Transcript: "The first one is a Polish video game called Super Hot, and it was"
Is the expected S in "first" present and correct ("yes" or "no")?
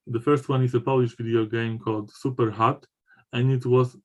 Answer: yes